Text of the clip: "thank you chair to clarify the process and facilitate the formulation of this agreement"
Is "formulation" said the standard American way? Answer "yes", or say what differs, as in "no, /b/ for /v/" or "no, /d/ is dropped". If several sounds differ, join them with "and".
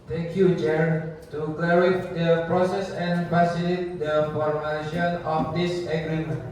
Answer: no, /ʃ/ is dropped